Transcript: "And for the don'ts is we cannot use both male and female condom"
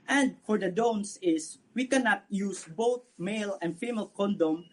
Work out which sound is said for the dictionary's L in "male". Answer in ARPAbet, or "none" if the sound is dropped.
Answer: L